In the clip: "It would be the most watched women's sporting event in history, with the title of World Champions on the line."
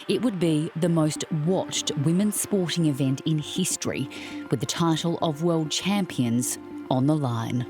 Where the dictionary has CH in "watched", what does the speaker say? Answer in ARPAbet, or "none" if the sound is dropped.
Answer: CH